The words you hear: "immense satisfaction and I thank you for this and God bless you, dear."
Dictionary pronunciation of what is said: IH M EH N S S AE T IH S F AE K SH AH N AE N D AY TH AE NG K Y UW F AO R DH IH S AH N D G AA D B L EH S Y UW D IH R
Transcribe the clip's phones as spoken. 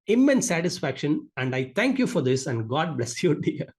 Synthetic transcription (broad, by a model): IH M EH N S S AE T IH S F AE K SH AH N AE N D AY T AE NG K Y UW F AO R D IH S AH N D G AA D B L EH S Y UW D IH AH